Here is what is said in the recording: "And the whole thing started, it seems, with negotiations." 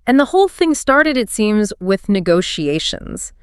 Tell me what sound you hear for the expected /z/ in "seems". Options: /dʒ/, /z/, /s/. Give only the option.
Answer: /z/